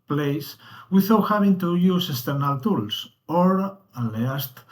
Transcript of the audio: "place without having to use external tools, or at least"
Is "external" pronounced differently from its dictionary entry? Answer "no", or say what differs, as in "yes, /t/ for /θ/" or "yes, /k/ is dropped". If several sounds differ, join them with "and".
yes, /k/ is dropped